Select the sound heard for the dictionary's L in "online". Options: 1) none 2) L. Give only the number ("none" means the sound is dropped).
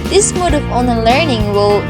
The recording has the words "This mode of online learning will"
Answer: 1